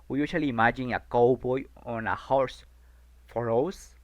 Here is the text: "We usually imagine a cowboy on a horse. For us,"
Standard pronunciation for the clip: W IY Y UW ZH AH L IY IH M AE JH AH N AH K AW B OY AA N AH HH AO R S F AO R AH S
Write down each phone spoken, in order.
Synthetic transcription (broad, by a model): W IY Y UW S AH L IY M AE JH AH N AH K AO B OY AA N AH HH AO R S F AO R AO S